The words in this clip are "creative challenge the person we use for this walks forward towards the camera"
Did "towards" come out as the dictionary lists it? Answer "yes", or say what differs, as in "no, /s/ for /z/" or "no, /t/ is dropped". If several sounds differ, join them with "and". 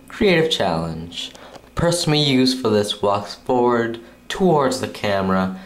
yes